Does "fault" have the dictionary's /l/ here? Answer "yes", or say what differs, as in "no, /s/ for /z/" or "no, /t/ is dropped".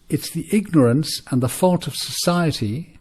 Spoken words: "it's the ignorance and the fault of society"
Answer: yes